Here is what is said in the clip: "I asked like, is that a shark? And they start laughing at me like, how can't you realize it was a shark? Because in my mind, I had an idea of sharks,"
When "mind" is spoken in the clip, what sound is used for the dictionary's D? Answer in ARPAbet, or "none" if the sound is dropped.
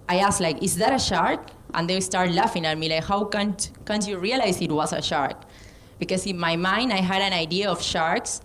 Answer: D